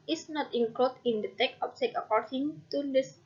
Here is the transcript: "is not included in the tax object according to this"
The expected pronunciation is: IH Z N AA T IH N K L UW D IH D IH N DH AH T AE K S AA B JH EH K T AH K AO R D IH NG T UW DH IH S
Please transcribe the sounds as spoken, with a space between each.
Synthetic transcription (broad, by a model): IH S N AA T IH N K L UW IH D IH N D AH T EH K AA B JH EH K AH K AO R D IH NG T UW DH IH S